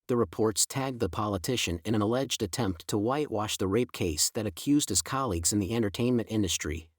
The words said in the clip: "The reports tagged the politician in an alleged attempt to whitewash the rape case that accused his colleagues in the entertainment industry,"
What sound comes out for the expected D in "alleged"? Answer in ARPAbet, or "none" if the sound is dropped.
D